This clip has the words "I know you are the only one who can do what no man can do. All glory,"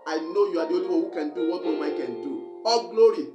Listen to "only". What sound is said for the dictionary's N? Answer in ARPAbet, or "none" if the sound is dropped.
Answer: none